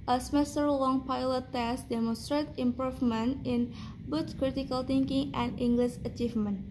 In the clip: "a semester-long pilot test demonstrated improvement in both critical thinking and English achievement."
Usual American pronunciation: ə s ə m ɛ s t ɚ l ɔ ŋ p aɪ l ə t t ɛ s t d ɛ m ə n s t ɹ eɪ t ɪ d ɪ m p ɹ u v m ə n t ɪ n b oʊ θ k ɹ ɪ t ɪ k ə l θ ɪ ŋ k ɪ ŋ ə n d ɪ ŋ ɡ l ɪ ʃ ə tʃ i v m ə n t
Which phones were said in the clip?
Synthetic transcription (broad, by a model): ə s ə m ɛ s t ɚ l ɔ ŋ p aɪ l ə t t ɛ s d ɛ m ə n s t ɹ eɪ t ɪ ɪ m p ɹ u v m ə n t ɪ n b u s k ɹ ɪ t ɪ k ə l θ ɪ ŋ k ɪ ŋ ə n d ɪ ŋ ɡ l ɪ ʃ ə tʃ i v m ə n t